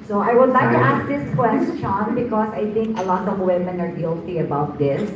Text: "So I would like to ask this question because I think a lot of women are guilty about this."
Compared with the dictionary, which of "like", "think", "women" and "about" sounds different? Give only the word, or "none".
think